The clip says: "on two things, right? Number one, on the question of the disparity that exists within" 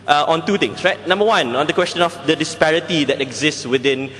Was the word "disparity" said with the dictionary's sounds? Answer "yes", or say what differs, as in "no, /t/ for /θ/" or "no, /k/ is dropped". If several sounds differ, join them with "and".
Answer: yes